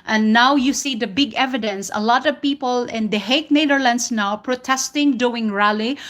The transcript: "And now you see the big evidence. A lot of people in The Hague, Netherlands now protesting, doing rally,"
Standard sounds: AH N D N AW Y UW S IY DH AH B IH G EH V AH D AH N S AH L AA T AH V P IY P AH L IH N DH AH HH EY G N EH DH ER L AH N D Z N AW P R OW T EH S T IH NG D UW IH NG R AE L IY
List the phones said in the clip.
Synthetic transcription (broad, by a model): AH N N AW Y UW S IY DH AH B IH G EH V AH D AH N S AH L AA T AH V P IY P AH L IH N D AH HH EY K N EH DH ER L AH N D S N AW P R OW T EH S T IH NG D UW IH NG R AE L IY